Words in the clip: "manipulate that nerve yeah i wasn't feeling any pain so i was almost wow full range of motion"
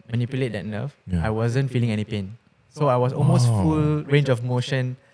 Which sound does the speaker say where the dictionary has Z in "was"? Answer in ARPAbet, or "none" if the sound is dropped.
S